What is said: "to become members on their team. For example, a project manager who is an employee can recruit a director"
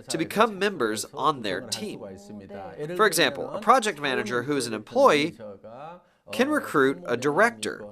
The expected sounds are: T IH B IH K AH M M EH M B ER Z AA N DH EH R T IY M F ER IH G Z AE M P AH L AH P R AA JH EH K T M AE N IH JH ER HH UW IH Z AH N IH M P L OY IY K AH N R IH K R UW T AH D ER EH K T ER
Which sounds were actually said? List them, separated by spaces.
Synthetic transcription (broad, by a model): T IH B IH K AH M M EH M B ER Z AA N DH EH R T IY M F ER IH G Z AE M P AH L AH P R AA JH EH K T M AE N IH JH ER HH UW IH Z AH N IH M P L OY IY K AH N R IH K R UW T AH D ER EH K T ER